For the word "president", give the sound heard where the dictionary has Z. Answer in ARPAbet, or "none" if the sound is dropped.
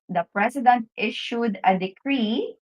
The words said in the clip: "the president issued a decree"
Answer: S